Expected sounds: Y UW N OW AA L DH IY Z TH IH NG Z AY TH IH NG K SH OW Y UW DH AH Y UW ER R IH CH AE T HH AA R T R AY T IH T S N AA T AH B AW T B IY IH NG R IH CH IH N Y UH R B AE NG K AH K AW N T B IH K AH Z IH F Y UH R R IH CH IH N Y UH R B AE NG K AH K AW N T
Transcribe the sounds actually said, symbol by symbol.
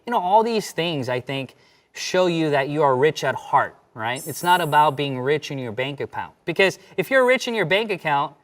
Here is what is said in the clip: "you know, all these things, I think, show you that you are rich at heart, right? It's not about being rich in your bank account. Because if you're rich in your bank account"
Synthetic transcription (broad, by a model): Y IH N OW AA L DH IY Z TH IH NG Z AY TH IH NG K SH OW Y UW DH AH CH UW ER R IH CH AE T HH AA R T R AY T IH T S N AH T AH B AW T B IY IH NG R IH CH IH N Y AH R B AE NG K AH K AW N T B IH K AH Z IH F Y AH R R IH CH IH N Y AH R B AE NG K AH K AW N T